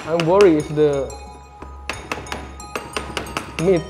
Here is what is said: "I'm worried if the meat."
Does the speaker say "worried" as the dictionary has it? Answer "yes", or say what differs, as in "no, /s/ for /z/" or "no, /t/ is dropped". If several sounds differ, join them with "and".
no, /d/ is dropped